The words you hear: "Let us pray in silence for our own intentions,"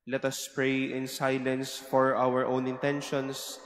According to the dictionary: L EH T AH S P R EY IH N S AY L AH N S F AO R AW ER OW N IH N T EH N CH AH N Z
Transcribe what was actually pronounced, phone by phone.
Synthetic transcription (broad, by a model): L EH T AH S P R EY IH N S AY L AH N S F AO R AW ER OW N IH N T EH N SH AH N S